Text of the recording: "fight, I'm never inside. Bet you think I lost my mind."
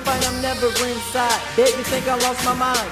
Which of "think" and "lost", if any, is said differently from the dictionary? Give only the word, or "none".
none